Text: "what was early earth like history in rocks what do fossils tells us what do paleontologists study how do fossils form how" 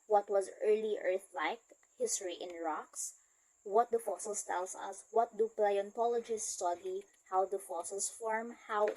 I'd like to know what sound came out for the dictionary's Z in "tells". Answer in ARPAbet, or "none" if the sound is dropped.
S